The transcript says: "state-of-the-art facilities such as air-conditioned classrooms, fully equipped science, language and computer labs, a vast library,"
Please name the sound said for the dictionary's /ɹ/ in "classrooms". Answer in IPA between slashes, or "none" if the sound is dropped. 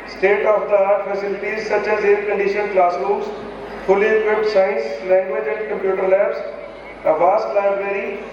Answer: /l/